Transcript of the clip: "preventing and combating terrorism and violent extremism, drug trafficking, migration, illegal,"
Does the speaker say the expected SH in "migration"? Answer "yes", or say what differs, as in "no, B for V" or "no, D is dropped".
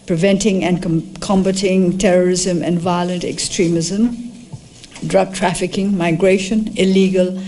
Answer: yes